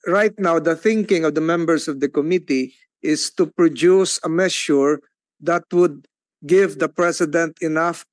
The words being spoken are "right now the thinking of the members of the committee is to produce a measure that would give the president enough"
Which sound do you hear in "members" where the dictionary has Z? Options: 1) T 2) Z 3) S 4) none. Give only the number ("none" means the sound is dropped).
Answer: 3